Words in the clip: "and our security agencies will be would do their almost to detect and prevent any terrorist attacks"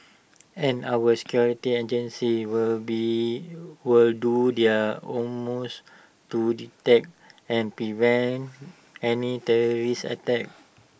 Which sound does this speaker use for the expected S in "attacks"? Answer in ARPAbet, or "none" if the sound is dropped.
none